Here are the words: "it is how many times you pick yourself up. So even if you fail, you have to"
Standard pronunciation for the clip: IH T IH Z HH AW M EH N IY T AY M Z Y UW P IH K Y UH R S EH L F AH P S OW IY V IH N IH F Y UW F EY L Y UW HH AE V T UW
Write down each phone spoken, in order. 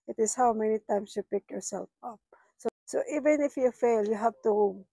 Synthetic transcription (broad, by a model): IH T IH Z HH AW M EH N IY T AY M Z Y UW P IH K Y UH R S EH L F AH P S OW IY V IH N IH F Y UW F EY L Y UW HH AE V T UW